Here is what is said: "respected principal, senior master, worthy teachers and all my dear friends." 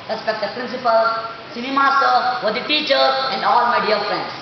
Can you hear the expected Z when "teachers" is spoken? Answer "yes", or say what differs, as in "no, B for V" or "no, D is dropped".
no, Z is dropped